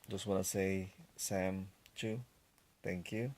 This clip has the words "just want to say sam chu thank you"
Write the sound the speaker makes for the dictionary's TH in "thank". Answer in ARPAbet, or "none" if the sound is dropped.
T